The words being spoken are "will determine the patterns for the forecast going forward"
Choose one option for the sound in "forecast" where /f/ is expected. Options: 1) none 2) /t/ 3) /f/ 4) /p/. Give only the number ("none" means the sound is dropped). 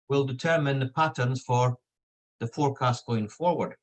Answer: 3